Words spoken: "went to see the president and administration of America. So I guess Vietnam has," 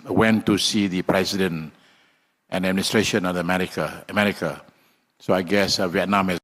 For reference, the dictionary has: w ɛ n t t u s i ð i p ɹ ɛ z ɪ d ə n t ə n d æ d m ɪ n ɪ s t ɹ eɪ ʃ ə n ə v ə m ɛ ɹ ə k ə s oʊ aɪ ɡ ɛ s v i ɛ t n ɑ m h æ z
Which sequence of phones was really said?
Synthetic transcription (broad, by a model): w ɛ n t t u s i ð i p ɹ ɛ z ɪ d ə n t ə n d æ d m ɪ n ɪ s t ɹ eɪ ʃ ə n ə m ə m ɛ ɹ ə k ə s oʊ aɪ ɡ ɛ s v i ɛ t n ɑ m h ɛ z